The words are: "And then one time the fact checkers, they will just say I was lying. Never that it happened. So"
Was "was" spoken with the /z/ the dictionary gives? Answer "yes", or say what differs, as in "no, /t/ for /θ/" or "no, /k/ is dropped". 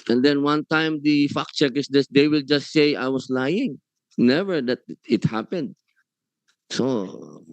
no, /s/ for /z/